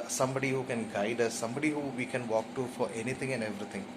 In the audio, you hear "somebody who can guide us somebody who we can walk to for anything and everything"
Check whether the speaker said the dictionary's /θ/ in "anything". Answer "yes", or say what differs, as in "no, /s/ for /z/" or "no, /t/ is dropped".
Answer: no, /t/ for /θ/